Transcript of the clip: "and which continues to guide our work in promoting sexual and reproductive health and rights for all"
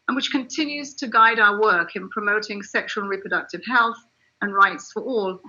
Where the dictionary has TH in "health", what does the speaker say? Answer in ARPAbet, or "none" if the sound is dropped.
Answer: TH